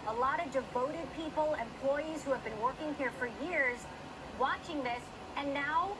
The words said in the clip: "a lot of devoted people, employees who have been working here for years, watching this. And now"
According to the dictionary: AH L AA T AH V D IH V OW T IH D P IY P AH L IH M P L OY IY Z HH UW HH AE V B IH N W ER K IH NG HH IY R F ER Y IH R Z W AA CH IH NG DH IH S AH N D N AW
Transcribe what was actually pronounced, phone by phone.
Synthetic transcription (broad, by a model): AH L AA T AH V D IH V OW T IH D P IY P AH L IH M P L OY IY Z HH UW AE V B IH N W ER K IH NG HH IY R F ER Y IH R Z W AA CH IH NG DH IH S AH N N AW